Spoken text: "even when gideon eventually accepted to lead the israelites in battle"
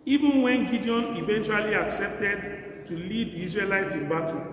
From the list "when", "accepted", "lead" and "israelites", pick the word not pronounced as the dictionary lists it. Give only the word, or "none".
israelites